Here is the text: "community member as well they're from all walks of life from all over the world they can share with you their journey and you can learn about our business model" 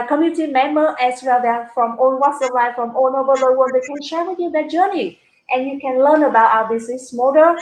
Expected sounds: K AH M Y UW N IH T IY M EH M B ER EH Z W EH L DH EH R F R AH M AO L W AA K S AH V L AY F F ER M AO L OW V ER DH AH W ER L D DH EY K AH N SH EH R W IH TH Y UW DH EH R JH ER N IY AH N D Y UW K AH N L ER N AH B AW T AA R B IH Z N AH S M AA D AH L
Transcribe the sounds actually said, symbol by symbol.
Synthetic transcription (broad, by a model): K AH M Y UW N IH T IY M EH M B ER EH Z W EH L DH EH F R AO M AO N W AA S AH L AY F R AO M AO N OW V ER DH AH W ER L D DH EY K AH N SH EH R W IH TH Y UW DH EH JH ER N IY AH N Y UW K AH N L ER N AH B AW T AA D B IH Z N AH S M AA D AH